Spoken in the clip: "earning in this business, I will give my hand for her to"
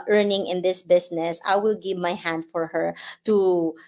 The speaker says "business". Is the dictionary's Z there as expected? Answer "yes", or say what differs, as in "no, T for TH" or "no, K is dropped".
no, S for Z